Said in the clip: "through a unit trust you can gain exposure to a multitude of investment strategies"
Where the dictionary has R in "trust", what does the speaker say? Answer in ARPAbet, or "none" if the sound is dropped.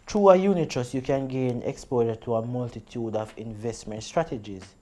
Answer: none